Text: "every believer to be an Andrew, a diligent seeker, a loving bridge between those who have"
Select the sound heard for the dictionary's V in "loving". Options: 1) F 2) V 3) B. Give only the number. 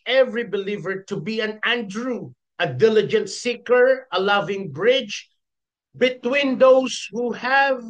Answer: 2